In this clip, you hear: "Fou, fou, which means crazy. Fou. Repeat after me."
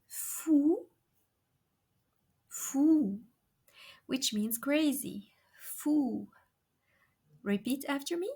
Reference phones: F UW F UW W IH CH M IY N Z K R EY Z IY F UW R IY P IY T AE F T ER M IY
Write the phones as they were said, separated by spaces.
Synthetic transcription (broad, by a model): F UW F UW W IH CH M IY N Z K R EY Z IY F UW R IY P IY T AE F T ER M IY